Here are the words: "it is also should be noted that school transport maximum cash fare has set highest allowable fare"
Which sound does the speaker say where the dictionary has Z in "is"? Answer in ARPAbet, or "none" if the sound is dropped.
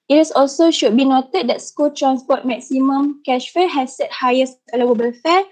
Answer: S